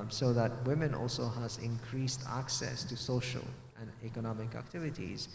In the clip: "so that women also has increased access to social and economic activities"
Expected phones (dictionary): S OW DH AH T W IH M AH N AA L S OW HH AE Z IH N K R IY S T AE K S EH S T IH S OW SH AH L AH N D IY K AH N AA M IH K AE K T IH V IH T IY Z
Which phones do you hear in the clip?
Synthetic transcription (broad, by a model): S OW DH AH T W IH M AH N AA L S OW HH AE Z IH N K R IY S T AE K S EH S T IH S OW SH AH L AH N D IY K AH N AA M IH K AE K T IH V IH T IY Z